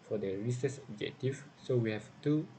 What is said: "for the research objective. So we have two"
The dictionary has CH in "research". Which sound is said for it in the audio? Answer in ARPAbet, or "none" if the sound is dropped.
S